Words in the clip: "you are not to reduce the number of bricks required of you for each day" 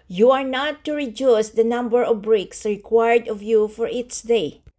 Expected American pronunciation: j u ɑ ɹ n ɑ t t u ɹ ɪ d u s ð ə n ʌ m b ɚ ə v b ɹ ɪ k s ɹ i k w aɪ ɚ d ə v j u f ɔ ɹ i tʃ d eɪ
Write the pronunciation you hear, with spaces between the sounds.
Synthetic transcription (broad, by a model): j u ɑ ɹ n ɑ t t u ɹ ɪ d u s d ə n ʌ m b ɚ ə v b ɹ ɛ k s ɹ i k w aɪ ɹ d ə v j u f ɔ ɹ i s d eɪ